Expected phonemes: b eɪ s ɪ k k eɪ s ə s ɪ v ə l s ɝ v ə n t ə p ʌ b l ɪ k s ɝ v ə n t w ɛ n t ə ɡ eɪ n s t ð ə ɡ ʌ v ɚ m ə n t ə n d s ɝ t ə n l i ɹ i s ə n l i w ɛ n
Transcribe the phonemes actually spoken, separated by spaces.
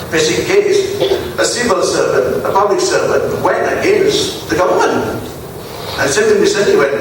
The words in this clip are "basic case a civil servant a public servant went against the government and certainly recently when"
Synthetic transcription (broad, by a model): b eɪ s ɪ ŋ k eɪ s ə s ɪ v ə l s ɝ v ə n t ə p ʌ b l ɪ k s ɝ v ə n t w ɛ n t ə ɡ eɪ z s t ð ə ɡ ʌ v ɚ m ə n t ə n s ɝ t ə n w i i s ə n i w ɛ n